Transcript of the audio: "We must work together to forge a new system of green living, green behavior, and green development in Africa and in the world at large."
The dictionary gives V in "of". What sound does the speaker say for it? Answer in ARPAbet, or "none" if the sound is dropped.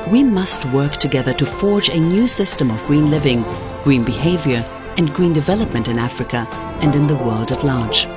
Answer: V